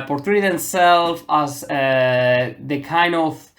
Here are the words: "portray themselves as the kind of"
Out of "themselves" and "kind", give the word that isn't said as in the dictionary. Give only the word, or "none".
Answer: themselves